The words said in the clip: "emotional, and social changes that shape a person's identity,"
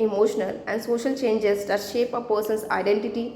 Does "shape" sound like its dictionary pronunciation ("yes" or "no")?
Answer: yes